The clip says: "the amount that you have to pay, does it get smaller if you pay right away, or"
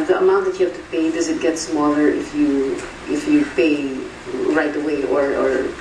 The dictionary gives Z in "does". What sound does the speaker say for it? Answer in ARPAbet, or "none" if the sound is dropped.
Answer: Z